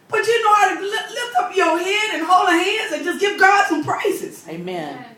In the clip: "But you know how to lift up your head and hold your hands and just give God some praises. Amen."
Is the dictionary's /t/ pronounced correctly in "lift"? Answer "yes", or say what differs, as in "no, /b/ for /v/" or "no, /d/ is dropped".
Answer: yes